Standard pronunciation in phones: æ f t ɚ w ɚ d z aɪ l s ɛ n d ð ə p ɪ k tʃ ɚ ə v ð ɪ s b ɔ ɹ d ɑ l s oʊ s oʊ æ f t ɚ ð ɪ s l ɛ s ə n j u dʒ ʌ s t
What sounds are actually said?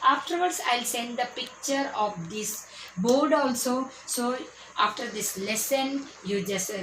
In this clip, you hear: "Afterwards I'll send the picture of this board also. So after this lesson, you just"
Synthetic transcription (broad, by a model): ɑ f t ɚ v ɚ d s aɪ l s ɛ n d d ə p ɪ k tʃ ɚ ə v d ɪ s b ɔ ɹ d ɑ l s oʊ s oʊ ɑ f t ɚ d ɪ s l ɛ s ə n j u dʒ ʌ s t